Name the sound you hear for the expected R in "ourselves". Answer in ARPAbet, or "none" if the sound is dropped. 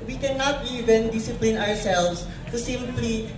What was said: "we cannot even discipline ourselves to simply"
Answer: W